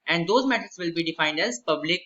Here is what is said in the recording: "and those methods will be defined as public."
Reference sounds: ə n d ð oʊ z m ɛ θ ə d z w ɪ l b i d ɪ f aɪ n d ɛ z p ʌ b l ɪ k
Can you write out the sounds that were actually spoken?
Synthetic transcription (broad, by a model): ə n d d oʊ z m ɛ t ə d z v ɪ l b i d ɪ f aɪ n d ɛ z p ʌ b l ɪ k